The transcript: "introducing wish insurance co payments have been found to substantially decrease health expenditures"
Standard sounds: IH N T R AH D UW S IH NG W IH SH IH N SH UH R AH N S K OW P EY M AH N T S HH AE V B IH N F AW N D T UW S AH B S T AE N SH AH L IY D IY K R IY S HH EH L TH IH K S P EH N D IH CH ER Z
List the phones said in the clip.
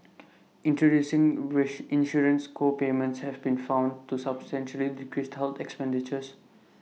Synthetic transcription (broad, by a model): IH N T R AH D UW S IH NG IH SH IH N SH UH R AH N S K OW P EY M AH N T S HH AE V B IH N F AW N D T UW S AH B S T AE N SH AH L IY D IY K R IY S HH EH L T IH K S P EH N D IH CH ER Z